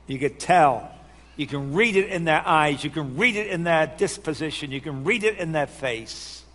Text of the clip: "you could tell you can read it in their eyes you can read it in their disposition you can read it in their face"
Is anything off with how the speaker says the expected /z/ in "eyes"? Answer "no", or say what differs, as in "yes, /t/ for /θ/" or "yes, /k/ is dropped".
no